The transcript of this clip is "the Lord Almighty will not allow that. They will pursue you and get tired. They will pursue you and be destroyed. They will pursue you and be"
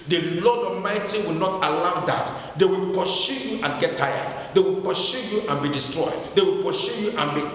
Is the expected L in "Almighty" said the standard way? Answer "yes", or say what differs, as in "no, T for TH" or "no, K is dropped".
no, L is dropped